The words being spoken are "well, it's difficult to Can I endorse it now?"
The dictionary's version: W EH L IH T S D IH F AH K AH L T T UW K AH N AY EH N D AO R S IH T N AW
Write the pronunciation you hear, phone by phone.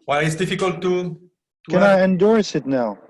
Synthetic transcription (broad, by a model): W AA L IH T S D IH F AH K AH L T T UW K AH N AY EH N D AO R S IH T N AW